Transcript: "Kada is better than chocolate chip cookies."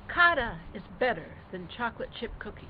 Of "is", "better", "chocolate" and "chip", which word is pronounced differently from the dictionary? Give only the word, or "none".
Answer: none